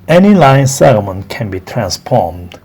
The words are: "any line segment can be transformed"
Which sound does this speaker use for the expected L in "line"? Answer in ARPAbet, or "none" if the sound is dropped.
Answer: L